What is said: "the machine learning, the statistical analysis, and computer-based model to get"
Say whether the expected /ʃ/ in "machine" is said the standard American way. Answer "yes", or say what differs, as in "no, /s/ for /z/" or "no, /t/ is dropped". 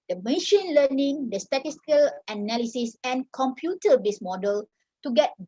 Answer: yes